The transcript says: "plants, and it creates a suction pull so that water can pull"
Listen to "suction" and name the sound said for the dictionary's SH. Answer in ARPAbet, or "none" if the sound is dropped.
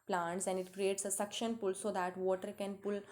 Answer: SH